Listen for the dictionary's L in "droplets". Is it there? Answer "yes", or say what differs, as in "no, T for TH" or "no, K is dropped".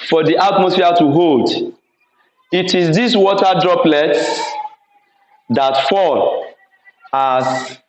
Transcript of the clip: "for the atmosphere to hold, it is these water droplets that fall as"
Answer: yes